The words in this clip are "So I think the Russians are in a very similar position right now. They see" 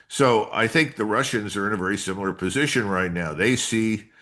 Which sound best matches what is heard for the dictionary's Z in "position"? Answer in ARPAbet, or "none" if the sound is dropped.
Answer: Z